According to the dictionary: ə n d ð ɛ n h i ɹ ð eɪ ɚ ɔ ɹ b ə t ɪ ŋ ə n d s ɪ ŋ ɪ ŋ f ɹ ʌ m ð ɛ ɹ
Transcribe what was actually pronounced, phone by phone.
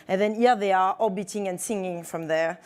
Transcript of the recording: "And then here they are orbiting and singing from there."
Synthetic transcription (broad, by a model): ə n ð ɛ n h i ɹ ð eɪ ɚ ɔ b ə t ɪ ŋ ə n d s ɪ ŋ ɪ ŋ f ɹ ʌ m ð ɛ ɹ